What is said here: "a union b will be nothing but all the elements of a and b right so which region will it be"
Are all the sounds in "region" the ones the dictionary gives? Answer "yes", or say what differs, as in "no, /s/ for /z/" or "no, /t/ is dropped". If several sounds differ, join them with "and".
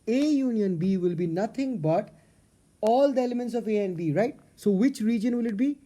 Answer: yes